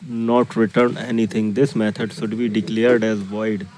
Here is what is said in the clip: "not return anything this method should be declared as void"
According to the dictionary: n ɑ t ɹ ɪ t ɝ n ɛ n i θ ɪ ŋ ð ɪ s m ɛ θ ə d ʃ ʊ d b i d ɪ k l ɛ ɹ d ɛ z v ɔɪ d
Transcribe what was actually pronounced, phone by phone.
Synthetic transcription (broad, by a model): n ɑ t ɹ ɪ t ɝ n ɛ n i t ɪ ŋ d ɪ s m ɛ t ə d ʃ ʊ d b i d ɪ k l ɛ ɹ d ɛ z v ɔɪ d